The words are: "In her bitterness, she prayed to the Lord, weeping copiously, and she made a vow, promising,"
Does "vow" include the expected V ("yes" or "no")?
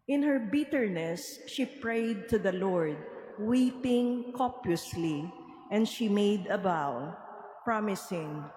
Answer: no